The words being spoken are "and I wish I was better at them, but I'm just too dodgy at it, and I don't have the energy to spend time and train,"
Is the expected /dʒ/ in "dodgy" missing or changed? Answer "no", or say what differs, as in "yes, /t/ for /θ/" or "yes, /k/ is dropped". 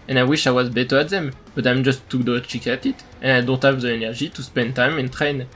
yes, /tʃ/ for /dʒ/